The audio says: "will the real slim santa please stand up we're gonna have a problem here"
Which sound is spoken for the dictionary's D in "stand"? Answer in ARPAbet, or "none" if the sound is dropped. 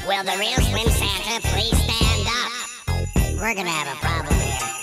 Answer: D